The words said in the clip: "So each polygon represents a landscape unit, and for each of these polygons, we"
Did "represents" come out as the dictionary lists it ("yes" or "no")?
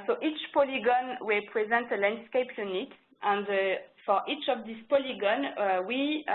no